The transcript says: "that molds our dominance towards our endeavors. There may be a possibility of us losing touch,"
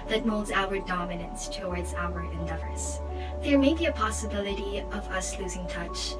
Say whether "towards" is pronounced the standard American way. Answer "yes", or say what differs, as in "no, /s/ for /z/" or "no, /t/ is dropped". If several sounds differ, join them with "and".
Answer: yes